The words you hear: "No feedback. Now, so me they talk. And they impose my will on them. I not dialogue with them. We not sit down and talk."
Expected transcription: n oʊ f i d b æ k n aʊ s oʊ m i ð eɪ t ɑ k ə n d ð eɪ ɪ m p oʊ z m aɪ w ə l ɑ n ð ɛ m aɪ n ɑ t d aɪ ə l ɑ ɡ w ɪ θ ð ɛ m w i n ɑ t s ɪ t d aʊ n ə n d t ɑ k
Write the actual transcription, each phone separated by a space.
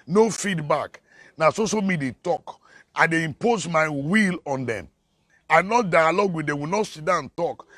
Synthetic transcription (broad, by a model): n oʊ f i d b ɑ k n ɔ s oʊ m i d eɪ t ɑ k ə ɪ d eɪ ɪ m p oʊ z m aɪ w ə l ɑ n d ɛ m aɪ n ɑ t d aɪ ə l ɑ ɡ w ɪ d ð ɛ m w i n ɑ t s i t d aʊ ə n t ɑ k